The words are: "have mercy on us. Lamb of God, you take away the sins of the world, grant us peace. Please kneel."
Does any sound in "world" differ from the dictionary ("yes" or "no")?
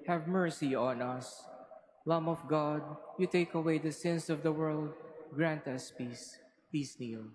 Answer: no